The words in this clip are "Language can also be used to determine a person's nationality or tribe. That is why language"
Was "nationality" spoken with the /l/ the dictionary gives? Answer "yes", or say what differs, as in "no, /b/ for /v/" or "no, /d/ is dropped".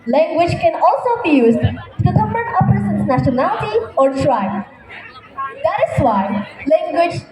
yes